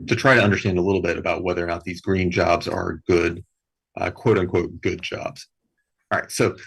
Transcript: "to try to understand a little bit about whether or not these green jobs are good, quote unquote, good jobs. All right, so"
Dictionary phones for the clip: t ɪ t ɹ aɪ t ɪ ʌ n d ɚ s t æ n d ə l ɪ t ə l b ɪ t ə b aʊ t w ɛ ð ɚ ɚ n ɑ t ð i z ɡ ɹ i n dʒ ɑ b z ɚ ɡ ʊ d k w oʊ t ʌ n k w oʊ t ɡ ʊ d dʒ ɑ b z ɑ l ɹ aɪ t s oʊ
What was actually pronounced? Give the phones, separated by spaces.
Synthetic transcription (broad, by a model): t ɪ t ɹ aɪ t ɪ ʌ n d ɚ s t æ n d ə l ɪ t l b ɪ t ə b aʊ t w ɛ ð ɚ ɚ n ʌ t ð i z ɡ ɹ i n dʒ ɑ b z ɚ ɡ ʊ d k w oʊ t ʌ n k w oʊ t ɡ ʊ d dʒ ɑ b z ɹ aɪ t s oʊ